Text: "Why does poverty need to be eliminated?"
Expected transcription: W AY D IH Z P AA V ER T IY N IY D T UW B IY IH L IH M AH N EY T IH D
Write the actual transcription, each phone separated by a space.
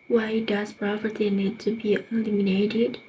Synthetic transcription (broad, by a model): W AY D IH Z P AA P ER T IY N IY D T UW B IY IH L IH M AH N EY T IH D